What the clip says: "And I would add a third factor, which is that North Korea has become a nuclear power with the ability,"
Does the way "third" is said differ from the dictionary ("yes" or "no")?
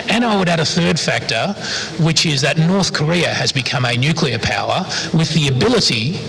no